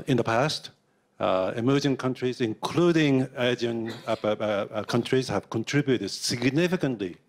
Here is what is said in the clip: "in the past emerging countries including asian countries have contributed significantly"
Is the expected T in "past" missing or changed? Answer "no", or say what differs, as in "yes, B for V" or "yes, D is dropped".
no